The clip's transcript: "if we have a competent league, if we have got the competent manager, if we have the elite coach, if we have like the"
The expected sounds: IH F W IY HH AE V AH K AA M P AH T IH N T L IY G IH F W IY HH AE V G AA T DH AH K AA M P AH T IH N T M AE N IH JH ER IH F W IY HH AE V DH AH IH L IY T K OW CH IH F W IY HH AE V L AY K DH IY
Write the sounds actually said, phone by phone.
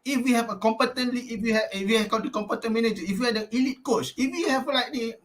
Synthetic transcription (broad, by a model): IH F W IY HH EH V AH K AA M P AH T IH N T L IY IH F W IY HH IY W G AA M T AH K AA M P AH T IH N M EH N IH JH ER IH F W IY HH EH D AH IH L IY T K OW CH IH F W IY HH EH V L AY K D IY